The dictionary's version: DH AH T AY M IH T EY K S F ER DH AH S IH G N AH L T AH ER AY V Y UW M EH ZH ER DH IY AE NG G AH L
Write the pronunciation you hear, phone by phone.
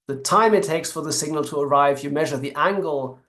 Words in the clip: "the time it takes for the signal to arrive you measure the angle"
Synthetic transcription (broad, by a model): DH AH T AY M IH T EY K S F ER DH AH S IH G N AH L T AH ER AY V Y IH M EH ZH ER DH IY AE NG G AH L